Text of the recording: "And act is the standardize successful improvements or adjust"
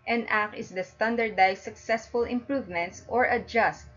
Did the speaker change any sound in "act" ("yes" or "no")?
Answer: yes